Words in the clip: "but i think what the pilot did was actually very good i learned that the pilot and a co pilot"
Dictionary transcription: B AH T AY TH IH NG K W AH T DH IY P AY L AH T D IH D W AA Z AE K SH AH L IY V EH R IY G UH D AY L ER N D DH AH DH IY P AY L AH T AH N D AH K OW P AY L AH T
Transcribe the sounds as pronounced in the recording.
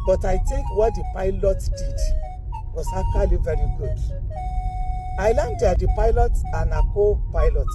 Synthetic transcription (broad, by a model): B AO T AY T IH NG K W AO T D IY P AY L AH T D IH D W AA S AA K AH L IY V EH R IY G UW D AY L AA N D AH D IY P AY L AH T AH N AH K OW P AY L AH T